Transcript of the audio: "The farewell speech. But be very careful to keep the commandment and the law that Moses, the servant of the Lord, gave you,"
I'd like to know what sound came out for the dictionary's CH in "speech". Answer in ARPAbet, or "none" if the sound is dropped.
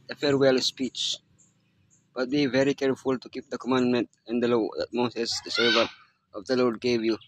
CH